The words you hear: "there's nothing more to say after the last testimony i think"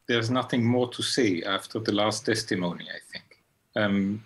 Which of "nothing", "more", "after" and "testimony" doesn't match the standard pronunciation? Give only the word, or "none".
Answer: none